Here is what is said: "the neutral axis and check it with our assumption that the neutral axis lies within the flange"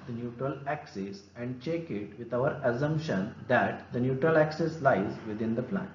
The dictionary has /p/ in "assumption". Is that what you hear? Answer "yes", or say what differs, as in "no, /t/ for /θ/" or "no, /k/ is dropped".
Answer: yes